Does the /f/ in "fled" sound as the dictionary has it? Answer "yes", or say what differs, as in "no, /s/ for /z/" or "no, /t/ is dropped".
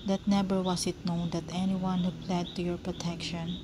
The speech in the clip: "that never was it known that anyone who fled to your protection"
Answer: no, /p/ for /f/